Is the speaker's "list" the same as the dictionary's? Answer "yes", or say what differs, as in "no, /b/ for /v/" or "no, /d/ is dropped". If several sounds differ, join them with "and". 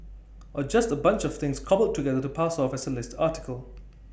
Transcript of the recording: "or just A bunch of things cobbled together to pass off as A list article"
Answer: yes